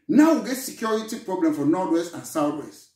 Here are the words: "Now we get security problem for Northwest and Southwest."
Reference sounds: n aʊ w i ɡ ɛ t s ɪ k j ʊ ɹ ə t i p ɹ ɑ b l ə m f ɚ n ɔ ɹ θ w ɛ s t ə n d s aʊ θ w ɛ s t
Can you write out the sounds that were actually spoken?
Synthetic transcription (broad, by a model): n aʊ w i ɡ ɛ t s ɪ k j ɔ ɹ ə t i p ɹ ɑ b l ə m f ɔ n ɔ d w ɛ s t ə n s aʊ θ w ɛ s t